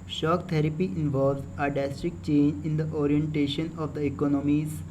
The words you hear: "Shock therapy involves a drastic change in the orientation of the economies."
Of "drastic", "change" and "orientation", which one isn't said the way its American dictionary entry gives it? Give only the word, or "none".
drastic